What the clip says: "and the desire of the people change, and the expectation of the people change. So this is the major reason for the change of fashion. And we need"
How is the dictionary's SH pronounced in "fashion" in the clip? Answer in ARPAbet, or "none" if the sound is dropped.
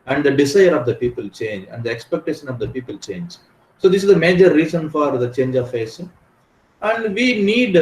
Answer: S